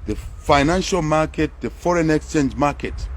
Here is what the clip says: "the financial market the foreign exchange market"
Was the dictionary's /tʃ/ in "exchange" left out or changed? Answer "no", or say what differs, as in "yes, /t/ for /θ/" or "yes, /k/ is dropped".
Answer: no